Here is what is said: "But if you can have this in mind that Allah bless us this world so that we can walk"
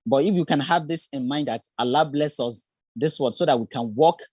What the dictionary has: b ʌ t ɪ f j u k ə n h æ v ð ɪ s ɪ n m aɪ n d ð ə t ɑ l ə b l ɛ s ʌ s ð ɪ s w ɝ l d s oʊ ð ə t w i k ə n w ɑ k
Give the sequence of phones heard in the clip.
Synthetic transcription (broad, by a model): b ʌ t ɪ f j u k ə n h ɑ v ð ɪ s ɪ n m aɪ n d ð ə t ɑ l ə b l ɛ s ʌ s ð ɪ s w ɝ d s oʊ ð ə t w i k ə n w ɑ k